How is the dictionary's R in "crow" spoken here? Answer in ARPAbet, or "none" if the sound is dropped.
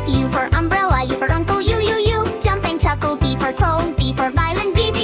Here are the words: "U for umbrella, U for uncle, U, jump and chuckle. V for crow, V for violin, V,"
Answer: none